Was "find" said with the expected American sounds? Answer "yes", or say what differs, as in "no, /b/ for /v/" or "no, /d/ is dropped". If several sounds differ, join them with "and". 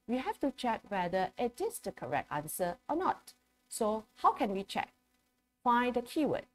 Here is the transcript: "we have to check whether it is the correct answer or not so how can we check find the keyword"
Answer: no, /n/ is dropped